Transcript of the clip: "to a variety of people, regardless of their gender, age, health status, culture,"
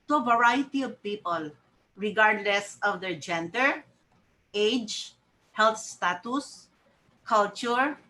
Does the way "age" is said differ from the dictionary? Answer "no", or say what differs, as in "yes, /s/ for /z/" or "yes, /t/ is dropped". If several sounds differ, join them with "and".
no